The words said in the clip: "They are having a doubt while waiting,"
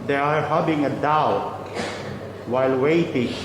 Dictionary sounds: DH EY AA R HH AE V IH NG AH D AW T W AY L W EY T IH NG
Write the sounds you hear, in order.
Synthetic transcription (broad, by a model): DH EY AA R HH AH B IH NG AH D AW T W AY L W EY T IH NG